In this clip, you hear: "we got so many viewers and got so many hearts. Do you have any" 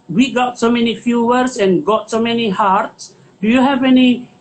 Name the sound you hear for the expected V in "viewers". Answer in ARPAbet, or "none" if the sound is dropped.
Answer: F